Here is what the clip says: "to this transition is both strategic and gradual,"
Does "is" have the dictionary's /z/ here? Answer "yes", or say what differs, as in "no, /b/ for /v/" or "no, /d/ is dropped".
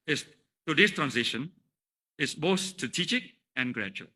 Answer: no, /s/ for /z/